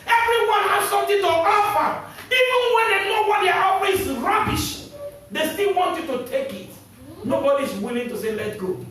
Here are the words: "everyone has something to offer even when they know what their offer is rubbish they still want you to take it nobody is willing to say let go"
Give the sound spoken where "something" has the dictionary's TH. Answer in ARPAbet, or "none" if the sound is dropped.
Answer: T